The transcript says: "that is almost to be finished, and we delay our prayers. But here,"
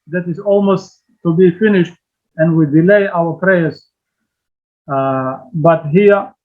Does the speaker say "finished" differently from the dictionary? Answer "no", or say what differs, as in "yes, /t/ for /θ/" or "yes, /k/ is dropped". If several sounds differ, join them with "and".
no